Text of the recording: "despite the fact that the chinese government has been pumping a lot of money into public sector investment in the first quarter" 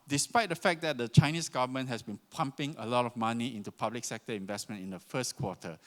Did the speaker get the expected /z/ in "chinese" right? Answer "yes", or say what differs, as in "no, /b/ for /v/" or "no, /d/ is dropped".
no, /s/ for /z/